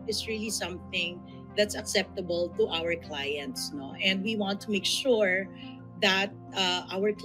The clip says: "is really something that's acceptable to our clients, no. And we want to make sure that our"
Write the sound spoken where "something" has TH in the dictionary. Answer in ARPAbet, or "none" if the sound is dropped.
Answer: TH